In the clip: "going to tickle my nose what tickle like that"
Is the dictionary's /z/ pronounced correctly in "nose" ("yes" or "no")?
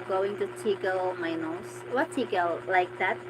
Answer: no